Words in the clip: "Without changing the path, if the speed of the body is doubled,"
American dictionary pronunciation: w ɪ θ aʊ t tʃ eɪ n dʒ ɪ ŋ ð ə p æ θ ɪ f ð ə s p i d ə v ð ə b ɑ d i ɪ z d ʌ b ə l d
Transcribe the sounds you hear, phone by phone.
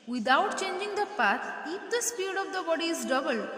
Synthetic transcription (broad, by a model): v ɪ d aʊ t tʃ eɪ n dʒ ɪ ŋ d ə p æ t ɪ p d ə s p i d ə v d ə b ɑ d i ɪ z d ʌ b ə l